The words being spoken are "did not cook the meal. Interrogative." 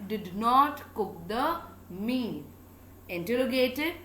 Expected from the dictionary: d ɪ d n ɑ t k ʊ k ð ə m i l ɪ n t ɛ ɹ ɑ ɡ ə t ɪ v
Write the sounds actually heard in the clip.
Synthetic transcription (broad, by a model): d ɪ d n ɑ t k ʊ k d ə m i n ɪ n t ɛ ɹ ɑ ɡ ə t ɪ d